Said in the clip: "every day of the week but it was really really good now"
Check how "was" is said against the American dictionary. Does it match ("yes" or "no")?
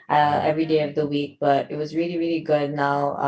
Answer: yes